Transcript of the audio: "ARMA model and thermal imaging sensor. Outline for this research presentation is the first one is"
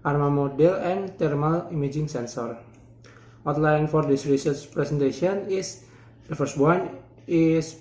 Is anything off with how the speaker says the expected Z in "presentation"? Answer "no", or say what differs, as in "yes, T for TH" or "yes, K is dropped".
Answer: yes, S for Z